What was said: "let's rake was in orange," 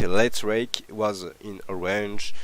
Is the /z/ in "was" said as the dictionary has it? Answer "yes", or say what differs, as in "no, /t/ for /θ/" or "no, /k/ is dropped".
yes